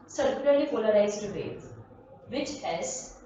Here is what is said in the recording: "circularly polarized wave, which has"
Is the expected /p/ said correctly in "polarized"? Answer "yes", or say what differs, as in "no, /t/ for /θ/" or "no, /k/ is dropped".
no, /f/ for /p/